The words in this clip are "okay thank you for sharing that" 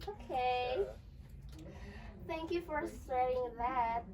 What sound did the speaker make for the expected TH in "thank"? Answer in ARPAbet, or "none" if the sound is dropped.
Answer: TH